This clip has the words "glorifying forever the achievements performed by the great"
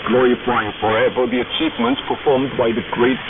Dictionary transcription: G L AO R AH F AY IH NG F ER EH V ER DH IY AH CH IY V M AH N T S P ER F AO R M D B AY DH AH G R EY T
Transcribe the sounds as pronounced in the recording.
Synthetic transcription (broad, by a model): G L AO R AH F AY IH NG F ER EH V ER DH IY AH CH IY V M AH N T S P ER F AO R M D B AY DH AH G R EY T